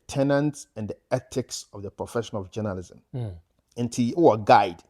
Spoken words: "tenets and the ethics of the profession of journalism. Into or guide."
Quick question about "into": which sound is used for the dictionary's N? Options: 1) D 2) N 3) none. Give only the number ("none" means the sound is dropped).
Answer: 2